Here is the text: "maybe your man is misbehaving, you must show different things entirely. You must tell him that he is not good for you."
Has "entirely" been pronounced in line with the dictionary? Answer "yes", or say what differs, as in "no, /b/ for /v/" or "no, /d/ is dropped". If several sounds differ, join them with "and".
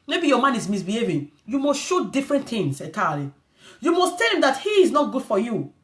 no, /n/ is dropped